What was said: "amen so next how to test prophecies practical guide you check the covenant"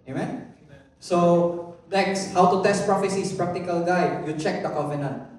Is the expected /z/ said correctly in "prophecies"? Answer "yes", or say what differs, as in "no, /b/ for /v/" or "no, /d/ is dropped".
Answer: no, /s/ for /z/